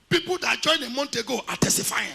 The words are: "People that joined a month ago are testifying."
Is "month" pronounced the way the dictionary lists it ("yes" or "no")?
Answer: no